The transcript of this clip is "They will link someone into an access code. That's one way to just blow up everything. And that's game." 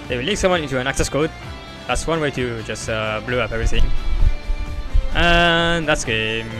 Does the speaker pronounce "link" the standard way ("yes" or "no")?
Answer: no